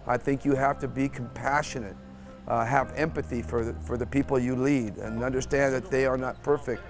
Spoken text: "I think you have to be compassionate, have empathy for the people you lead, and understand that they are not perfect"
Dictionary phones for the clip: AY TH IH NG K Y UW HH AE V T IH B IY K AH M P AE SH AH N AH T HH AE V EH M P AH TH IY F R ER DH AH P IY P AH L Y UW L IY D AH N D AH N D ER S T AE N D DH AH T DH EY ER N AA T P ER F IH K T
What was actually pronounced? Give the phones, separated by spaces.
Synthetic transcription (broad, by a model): AY TH IH NG K Y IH HH AE F T IH B IY K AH M P AE SH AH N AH T HH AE V EH M P AH TH IY F R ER DH AH P IY P L Y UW L IY D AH N AH N D ER S T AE N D DH AH T DH EY ER N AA T P ER F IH K T